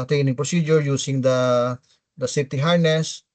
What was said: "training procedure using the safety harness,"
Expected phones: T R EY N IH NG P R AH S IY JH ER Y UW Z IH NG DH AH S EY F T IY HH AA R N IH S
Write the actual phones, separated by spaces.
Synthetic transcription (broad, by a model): T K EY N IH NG P R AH S IY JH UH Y UW S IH NG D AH S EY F T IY HH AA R N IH S